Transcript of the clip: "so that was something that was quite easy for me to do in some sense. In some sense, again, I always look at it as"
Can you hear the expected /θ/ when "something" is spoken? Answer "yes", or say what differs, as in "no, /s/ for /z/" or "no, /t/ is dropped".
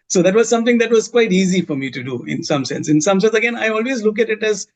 no, /t/ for /θ/